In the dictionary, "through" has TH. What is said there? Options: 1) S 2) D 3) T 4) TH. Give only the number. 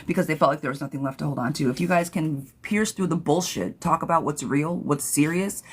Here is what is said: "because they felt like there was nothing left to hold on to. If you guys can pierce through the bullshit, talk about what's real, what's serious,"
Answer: 4